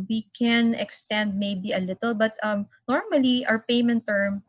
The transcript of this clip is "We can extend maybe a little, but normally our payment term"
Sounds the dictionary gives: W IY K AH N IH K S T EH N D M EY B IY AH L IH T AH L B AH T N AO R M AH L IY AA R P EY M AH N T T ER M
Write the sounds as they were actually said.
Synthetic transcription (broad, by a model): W IY K AH N IH K S T EH N D M EY B IY AH L IH T AH L B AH T N AO R M AH L IY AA W P EY M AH N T T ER M